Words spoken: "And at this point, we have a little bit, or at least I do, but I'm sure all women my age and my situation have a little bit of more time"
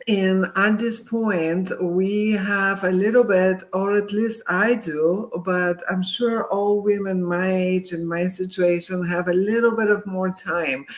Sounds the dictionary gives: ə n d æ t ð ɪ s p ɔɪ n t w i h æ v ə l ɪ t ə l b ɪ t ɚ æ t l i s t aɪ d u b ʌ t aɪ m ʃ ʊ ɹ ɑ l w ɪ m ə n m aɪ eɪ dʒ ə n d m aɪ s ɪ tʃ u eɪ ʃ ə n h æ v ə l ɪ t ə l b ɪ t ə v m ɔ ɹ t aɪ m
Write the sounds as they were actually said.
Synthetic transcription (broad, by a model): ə n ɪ t ð ɪ s p ɔɪ n t w i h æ v ə l ɪ t l b ɪ t ɚ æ t l i s t aɪ d u b ʌ t aɪ m ʃ ʊ ɹ ɑ l w ɪ m ə n m aɪ eɪ dʒ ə n m aɪ s ɪ tʃ u eɪ ʃ ə n h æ v ə l ɪ t l b ɪ t ə v m ɔ ɹ t aɪ m